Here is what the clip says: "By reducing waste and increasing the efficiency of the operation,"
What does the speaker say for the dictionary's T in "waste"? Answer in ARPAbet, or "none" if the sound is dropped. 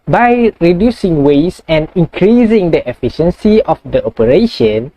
none